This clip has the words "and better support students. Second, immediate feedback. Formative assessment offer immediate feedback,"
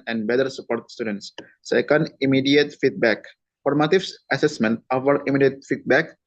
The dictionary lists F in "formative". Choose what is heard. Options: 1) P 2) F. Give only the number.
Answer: 1